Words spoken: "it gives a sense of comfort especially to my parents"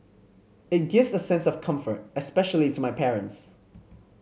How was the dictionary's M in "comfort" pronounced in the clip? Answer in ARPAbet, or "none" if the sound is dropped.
M